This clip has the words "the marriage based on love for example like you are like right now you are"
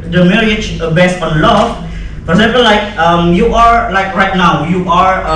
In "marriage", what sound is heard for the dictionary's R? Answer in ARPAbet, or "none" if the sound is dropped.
L